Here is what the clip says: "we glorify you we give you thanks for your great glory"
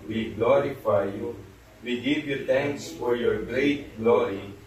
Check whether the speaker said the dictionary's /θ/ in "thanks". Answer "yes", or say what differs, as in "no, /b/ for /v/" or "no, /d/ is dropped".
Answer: no, /t/ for /θ/